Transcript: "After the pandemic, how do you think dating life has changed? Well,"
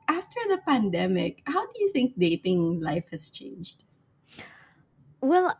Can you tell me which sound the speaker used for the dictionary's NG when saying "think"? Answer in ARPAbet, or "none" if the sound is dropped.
NG